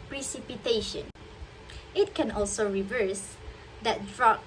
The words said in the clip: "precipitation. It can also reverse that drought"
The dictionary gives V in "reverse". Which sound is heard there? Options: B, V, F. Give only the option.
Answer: V